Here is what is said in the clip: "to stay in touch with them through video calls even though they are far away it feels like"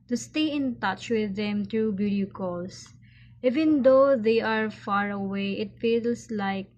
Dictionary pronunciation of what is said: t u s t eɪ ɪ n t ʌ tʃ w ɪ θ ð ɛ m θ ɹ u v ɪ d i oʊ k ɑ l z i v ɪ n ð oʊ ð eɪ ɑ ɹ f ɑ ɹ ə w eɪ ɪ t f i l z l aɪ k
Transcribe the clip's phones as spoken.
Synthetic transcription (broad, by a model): t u s t eɪ ɪ n t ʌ tʃ w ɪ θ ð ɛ m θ ɹ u b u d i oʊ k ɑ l s i v ɪ n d oʊ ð eɪ ɑ ɹ f ɑ ɹ ə w eɪ ɪ t f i l s l aɪ k